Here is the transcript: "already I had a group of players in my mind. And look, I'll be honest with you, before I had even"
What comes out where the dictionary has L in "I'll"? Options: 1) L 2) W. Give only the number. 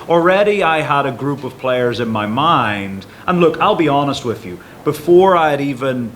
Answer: 1